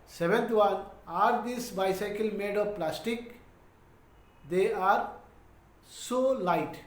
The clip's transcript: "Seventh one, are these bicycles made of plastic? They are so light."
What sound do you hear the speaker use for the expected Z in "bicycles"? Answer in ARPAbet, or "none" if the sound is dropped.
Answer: none